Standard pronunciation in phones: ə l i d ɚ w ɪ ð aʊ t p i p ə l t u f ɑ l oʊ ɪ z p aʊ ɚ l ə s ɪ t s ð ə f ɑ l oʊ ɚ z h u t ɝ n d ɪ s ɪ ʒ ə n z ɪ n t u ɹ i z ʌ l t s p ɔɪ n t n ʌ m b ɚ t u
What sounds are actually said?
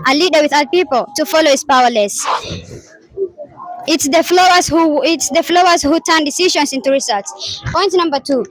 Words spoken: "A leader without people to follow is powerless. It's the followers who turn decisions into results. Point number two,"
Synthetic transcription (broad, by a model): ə l i d ɚ w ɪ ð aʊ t p i p ə l t u f ɑ l oʊ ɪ s p aʊ ɚ l ə s ɪ t s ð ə f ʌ l oʊ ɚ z h u t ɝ n d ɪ s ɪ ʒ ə n s ɪ n t u ɹ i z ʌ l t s p ɔɪ n t n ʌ m b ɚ t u